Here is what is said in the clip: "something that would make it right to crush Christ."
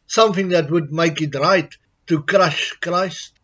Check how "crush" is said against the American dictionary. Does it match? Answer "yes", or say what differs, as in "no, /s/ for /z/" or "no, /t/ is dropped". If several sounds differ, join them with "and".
yes